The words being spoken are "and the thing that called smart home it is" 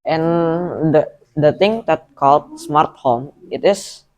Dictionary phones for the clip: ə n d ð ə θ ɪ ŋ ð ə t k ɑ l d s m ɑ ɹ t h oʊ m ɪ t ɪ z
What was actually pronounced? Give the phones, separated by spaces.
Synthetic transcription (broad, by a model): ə n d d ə t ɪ ŋ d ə t k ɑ l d s m ɑ ɹ t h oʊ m ɪ t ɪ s